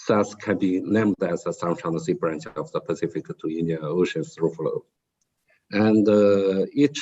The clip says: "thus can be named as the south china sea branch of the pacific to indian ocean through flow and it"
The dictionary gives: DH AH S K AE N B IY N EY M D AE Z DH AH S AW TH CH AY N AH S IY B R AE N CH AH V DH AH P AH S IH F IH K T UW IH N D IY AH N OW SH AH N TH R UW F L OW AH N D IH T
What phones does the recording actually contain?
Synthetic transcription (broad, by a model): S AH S K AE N B IY N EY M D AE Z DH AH S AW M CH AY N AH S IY B R AE N CH AH V DH AH P AH S IH F IH K T UW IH N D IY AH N OW SH AH N S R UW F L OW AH N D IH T